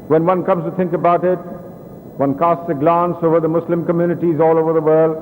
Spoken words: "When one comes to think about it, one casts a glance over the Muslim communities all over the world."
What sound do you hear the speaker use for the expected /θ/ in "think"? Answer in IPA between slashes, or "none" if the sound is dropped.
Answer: /t/